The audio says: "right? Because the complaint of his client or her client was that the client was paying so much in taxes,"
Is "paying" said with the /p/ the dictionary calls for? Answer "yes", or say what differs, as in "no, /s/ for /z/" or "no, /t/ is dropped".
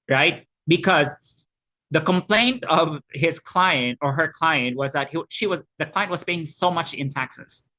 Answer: no, /b/ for /p/